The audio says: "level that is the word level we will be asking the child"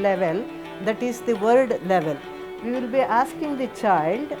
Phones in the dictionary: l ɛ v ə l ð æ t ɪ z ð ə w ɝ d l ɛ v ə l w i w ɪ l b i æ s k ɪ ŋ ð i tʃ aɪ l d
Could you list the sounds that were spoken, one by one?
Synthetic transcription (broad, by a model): l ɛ v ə l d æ t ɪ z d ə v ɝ d l ɛ v ə l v i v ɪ l b i æ s k ɪ ŋ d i tʃ aɪ l d